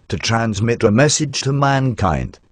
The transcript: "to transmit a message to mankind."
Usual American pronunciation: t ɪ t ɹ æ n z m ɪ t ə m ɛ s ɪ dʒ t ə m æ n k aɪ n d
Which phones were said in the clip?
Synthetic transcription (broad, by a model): t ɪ t ɹ æ n z m ɪ t ə m ɛ s ɪ dʒ t ə m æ n k aɪ n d